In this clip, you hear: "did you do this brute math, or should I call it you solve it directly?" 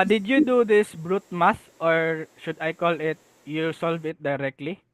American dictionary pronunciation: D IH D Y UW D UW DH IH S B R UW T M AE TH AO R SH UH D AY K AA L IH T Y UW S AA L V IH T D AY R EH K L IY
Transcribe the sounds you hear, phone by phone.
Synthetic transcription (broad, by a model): D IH D Y UW D UW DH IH S B R UW T M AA S AO R SH UH D AY K AA L IH T Y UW S AA L V IH T D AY R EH K L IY